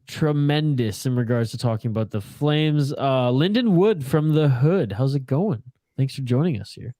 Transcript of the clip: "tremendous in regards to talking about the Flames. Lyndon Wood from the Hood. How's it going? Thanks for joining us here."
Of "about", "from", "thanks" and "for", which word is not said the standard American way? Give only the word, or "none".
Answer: none